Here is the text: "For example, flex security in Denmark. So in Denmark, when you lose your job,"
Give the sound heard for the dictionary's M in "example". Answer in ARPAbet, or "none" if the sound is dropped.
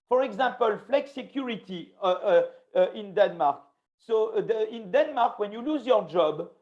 none